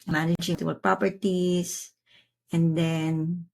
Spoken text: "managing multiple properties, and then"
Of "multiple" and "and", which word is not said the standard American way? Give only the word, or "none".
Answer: multiple